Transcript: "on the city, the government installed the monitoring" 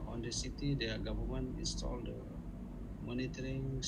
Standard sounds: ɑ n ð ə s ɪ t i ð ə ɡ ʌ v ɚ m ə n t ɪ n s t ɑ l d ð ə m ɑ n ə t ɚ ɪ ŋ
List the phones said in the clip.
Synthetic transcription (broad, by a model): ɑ n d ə s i t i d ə ɡ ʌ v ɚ m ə n ɪ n s t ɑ l d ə m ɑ n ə t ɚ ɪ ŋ